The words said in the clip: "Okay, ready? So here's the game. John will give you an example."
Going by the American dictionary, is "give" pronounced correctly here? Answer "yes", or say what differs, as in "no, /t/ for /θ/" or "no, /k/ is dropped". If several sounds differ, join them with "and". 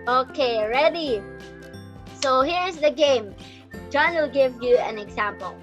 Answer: yes